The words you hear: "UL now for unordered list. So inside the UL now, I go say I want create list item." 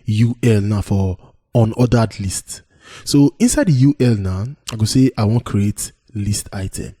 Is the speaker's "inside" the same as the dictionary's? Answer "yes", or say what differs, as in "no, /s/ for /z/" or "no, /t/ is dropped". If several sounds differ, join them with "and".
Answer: yes